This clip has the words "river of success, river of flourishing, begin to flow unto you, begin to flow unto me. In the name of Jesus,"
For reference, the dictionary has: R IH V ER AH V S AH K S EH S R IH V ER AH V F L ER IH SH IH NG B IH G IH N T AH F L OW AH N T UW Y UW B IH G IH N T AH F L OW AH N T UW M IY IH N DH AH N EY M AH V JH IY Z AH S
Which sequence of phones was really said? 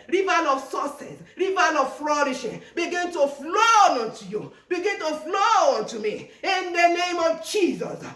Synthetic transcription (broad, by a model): R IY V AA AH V S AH S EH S R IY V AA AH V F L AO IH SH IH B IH G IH N T AH F L OW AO N T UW Y UW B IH G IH N T AH F L OW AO N T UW M IY IH N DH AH N EY M AH V JH IY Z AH S